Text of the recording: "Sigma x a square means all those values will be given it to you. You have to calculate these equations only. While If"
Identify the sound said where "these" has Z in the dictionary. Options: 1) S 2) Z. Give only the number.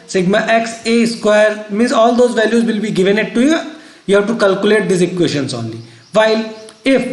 1